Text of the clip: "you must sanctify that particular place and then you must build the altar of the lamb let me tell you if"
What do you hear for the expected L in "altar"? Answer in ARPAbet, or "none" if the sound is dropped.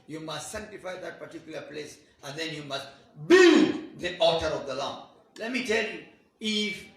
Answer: none